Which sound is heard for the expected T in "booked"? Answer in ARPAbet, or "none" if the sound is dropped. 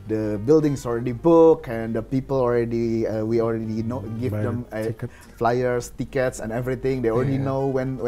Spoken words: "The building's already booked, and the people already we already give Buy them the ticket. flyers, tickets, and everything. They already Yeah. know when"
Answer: none